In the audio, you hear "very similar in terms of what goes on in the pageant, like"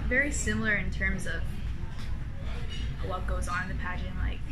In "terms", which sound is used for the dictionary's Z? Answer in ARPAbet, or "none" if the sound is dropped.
Z